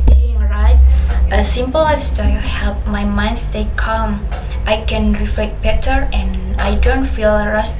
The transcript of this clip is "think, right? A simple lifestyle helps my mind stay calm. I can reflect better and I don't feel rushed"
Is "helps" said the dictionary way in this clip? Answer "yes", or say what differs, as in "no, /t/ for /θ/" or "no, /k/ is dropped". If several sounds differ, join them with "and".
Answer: no, /s/ is dropped